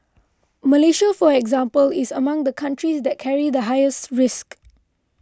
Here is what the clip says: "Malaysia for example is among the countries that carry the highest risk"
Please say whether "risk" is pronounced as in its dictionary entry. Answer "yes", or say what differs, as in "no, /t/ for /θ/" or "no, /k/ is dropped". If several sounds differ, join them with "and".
yes